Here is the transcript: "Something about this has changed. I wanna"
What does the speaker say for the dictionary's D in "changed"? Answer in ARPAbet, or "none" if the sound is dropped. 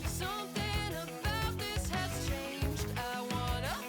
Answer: D